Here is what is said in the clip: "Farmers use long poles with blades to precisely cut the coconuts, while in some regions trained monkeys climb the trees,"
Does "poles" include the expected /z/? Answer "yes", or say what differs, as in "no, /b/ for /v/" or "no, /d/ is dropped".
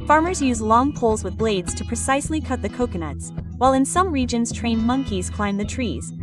yes